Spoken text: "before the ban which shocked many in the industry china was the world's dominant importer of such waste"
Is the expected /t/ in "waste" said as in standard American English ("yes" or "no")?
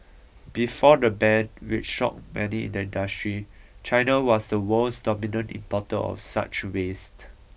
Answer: yes